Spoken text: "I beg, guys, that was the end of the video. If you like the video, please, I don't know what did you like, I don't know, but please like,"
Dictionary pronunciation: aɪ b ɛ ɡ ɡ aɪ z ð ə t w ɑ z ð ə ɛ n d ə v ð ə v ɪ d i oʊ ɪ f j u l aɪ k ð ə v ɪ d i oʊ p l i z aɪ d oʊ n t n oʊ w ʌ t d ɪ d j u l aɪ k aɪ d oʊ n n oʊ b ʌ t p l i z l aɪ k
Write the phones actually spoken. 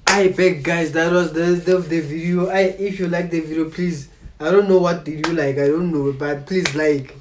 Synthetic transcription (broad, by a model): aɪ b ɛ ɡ ɡ aɪ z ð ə t w ɑ z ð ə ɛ d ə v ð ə v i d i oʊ ɪ f j u l aɪ k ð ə v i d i oʊ p l i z aɪ d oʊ n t n oʊ w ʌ t d ɪ d j u l aɪ k aɪ d oʊ n n oʊ b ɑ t p l i z l aɪ k